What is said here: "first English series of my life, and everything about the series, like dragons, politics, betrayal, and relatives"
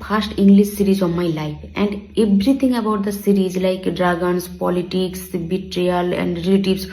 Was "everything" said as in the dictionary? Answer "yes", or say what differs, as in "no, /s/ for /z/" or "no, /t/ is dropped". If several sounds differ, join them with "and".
no, /t/ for /θ/